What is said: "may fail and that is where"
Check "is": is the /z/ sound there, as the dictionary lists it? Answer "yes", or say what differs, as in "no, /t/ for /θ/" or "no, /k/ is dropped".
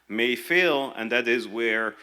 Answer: yes